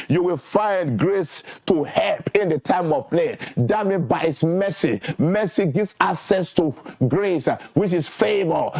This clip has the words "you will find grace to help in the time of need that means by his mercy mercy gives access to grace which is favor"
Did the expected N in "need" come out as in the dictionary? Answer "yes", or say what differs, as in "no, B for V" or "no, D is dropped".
no, L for N